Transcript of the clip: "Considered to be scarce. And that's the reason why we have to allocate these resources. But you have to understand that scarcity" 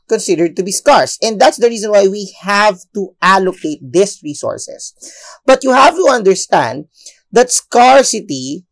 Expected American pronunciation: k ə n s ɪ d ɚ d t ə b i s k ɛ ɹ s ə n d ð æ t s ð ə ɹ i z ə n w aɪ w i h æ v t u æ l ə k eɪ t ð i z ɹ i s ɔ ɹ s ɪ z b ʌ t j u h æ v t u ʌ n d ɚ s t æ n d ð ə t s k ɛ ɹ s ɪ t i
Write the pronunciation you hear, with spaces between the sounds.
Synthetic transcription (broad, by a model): k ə n s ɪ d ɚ d t ə b i s k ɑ ɹ s ə n d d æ t s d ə ɹ i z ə n w aɪ w i h æ v t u æ l ə k eɪ t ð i s ɹ i s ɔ ɹ s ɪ s b ʌ t j u h æ v t u ʌ n d ɚ s t æ n d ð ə t s k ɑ ɹ s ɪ t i